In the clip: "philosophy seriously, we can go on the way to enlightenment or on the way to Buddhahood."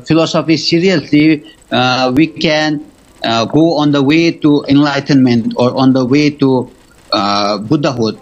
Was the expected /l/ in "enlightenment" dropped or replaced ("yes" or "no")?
no